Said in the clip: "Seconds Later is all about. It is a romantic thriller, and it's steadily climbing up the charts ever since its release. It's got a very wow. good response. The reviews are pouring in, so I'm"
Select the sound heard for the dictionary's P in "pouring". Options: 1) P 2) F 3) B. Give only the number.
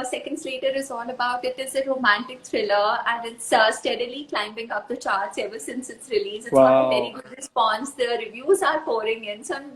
2